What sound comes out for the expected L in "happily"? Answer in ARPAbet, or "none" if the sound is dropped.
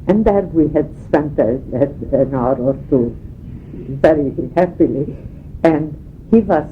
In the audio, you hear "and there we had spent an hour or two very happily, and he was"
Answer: L